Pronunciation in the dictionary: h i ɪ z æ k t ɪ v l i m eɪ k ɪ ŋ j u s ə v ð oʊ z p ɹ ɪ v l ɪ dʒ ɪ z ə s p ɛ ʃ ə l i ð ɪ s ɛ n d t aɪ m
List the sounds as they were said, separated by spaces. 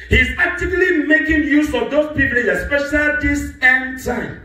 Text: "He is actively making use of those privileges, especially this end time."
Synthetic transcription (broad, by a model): h i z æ k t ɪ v l i m eɪ k ɪ ŋ j u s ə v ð oʊ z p i p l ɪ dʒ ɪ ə s p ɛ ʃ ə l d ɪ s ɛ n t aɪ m